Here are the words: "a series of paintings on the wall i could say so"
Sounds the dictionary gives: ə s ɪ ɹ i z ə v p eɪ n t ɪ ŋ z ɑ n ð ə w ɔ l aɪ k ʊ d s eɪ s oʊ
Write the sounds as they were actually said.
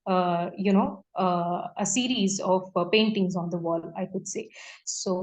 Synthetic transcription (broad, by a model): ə s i ɹ i z ə v p eɪ n t ɪ ŋ z ɑ n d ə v ɔ l aɪ k ʊ d s eɪ s oʊ